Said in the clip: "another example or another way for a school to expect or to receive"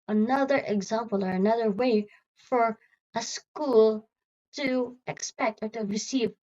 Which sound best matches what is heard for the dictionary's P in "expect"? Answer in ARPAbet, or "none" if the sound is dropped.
P